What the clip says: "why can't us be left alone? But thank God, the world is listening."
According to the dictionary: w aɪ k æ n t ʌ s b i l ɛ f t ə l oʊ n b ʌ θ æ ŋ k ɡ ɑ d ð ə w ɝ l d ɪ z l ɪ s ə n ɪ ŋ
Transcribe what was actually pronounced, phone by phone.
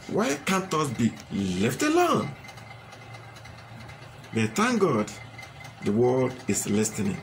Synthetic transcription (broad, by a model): w aɪ k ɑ n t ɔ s b i l ɛ f t ə l oʊ n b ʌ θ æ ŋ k ɡ ɑ d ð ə w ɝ l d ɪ s l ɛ s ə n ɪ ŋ